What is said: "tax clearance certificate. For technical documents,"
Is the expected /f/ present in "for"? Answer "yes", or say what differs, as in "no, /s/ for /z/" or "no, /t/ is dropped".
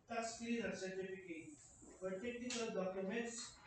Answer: no, /p/ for /f/